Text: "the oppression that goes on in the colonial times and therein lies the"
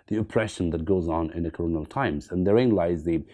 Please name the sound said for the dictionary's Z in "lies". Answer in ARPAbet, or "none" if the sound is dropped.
Z